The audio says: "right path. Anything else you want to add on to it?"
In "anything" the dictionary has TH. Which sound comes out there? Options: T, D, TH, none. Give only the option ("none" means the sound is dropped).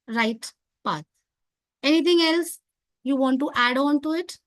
T